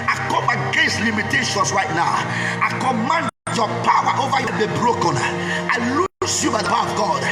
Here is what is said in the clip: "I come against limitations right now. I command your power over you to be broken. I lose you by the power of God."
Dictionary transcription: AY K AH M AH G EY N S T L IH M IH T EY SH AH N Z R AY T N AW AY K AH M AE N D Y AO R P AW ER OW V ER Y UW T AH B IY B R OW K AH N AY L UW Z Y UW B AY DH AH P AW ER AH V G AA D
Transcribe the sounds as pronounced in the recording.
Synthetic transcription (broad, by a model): AY K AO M AH G EY N S T L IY M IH T EY SH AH N S R AY T N AW AY K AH M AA N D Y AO P AW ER OW V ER Y UW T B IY B R OW K AH N AY L UW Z Y UW B AY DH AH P AW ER AH V G AA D